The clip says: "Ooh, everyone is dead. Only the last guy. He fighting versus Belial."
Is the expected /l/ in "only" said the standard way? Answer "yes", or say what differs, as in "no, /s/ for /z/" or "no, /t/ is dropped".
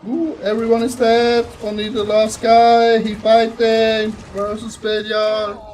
no, /l/ is dropped